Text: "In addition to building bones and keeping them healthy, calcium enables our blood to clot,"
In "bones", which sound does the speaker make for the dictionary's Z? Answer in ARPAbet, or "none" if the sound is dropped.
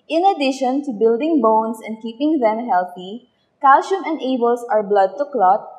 S